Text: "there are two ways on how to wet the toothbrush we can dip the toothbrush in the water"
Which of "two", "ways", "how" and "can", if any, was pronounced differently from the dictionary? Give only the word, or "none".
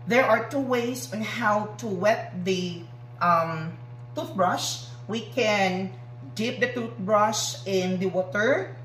ways